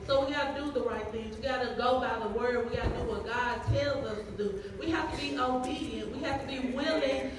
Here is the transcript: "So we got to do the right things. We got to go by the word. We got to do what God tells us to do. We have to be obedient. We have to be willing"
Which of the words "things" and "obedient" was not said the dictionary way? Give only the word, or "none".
none